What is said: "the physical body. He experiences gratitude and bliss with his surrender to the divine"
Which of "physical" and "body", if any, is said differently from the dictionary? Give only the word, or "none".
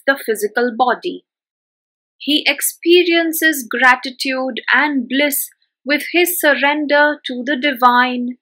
none